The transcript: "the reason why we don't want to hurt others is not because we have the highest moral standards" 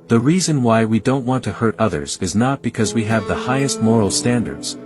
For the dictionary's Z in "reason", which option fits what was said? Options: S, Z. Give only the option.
Z